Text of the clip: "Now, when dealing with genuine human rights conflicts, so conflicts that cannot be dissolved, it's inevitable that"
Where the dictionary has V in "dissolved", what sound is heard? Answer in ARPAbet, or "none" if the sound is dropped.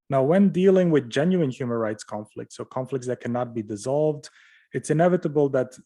V